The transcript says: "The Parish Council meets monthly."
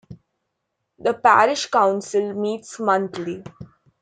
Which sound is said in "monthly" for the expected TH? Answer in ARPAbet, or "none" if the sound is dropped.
T